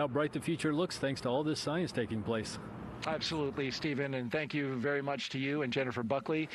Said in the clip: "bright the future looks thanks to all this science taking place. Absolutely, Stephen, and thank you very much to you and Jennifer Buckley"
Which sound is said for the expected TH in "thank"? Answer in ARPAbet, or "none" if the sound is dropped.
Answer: TH